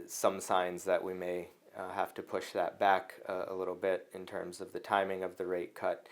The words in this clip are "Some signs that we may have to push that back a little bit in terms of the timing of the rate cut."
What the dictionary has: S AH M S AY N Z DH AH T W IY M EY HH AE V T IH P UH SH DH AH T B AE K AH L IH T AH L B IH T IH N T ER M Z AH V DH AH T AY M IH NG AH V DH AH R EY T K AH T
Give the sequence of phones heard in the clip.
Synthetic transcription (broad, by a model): S AH M S AY N Z DH AH T W IY M EY HH AE F T IH P UH SH DH AH T B AE K AH L IH T L B IH T IH N T ER M Z AH V DH AH T AY M IH NG AH V DH AH R EY T K AH T